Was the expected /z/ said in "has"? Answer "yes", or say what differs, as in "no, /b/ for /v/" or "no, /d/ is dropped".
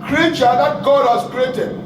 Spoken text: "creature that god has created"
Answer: no, /s/ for /z/